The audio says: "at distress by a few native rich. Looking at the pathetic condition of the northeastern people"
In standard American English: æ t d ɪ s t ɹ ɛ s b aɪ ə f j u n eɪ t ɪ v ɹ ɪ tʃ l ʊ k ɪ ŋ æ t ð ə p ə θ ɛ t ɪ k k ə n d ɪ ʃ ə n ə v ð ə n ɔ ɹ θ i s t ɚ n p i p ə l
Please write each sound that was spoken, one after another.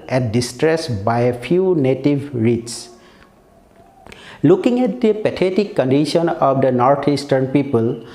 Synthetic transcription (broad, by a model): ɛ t d ɪ s t ɹ ɛ s b aɪ ə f j u n eɪ t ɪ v ɹ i s l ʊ k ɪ ŋ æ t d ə p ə t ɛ t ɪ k k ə n d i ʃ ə n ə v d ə n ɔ ɹ t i s t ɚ n p i p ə l